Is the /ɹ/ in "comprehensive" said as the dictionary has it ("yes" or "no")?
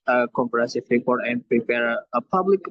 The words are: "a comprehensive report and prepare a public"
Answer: no